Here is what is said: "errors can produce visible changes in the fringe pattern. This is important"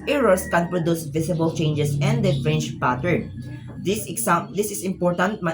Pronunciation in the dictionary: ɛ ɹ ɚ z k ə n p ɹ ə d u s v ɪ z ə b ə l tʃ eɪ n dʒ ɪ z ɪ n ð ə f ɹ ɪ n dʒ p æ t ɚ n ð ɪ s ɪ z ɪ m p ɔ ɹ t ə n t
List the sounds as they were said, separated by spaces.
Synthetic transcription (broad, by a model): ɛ ɹ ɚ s k ə n p ɹ ə d u s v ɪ s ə b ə l tʃ eɪ n dʒ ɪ s ɪ n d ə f ɹ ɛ n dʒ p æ t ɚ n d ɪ s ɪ s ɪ m p ɔ ɹ t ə n t